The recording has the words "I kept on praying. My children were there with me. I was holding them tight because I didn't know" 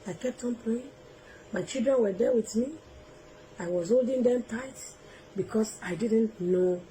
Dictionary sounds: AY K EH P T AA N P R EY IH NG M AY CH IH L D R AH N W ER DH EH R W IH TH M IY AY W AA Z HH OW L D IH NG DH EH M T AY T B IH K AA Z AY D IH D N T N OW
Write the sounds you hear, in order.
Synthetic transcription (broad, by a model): AY K EH P T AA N P R EY IH NG M AY CH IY L D R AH N W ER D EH W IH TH M IY AY W AA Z HH OW L D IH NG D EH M T AY T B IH K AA S AY D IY D N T N OW